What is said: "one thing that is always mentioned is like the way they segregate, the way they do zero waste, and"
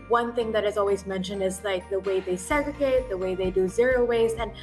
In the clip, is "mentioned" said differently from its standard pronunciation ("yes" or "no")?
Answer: no